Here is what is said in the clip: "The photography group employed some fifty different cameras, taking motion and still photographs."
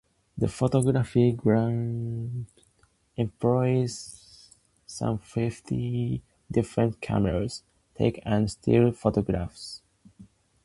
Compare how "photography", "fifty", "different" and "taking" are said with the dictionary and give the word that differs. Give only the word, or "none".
taking